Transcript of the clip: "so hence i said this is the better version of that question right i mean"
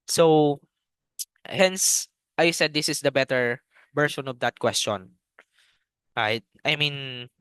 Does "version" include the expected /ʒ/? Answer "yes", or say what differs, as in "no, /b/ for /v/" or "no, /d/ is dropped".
no, /ʃ/ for /ʒ/